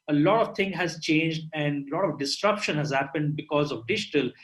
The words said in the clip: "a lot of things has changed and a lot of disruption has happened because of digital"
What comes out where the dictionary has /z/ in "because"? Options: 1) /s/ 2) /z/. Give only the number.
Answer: 2